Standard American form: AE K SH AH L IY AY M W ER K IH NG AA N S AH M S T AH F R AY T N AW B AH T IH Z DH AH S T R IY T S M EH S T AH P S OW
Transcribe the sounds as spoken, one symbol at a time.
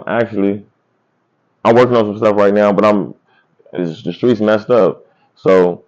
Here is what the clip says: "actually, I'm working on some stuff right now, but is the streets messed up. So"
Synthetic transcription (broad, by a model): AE K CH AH L IY AY M W ER K IH NG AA N S AH M S T AH F R AY T N AW B AH T IH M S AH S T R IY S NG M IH S T AH F S OW